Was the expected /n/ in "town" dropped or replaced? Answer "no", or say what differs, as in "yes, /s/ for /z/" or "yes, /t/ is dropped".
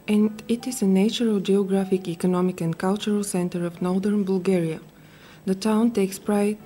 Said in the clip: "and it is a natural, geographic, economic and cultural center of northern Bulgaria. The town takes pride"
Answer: no